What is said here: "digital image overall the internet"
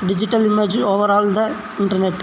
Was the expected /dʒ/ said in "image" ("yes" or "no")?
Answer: yes